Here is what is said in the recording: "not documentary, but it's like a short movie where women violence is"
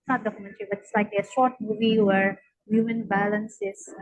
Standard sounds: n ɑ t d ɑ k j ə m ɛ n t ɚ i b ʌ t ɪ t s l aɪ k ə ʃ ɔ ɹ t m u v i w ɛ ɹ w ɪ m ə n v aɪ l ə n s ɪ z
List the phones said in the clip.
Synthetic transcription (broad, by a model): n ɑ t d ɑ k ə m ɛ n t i b ʌ t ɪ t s l aɪ k ə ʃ ɔ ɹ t m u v i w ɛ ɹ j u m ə n b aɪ l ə n s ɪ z